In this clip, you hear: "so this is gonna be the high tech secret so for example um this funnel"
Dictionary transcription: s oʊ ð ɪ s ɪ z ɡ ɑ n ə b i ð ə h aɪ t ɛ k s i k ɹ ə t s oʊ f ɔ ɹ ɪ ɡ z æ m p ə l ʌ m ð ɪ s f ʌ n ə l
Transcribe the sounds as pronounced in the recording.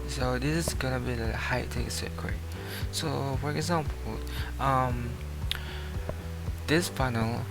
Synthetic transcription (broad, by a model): s oʊ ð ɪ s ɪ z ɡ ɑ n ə b i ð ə h aɪ t ɛ k s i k ə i s oʊ f ɔ ɹ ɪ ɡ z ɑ m p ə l ʌ m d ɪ s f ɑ n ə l